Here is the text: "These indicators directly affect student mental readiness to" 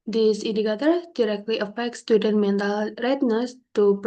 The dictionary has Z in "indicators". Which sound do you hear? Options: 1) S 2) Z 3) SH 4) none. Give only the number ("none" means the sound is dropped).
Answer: 4